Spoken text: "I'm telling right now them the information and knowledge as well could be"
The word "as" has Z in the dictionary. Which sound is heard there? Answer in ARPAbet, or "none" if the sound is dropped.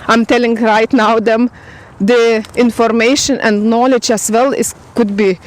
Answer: S